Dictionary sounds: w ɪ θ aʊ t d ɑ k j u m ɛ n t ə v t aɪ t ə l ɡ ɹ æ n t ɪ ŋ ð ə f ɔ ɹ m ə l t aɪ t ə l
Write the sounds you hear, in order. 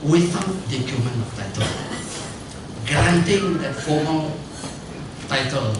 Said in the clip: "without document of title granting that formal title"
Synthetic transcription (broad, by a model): w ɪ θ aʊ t d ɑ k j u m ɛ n ə f t aɪ t ə l ɡ ɹ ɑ n t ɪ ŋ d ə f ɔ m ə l t aɪ t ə l